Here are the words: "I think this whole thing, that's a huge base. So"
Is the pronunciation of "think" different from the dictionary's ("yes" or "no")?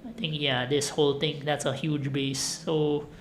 yes